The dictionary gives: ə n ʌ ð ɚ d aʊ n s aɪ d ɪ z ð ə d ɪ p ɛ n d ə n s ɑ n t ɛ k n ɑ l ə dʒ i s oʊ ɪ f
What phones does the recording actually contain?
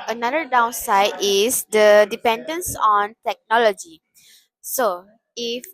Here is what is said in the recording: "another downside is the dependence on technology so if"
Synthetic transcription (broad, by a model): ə n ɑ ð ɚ d aʊ n s aɪ d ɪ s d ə d ɪ p ɛ n d ə n s ɑ n t ɛ k n ɑ l ə dʒ i s oʊ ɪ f